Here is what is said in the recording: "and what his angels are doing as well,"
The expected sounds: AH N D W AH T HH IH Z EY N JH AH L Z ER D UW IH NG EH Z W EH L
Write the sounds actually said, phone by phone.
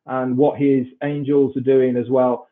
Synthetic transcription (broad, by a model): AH N W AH T HH IH Z EY N JH AH L Z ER D UW IH NG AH Z W EH L